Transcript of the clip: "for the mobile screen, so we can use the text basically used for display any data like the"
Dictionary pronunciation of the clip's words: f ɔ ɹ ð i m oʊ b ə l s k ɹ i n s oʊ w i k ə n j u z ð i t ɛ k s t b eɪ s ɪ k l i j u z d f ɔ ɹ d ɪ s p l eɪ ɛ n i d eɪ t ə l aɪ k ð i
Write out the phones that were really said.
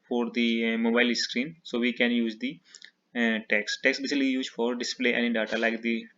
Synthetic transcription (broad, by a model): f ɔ ɹ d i m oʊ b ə l s k ɹ i n s oʊ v i k ə n j u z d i t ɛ k s t b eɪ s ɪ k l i j u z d f ɔ ɹ d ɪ s p l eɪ ɛ n i d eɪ t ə l aɪ k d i